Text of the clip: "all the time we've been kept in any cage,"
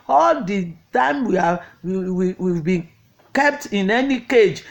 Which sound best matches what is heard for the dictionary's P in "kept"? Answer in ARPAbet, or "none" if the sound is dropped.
P